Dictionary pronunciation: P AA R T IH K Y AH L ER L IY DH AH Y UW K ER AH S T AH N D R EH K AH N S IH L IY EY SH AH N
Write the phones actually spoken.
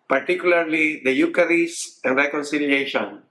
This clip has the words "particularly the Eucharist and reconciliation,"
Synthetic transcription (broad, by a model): P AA R T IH K Y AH L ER L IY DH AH Y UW K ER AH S AH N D R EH K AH N S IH L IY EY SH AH N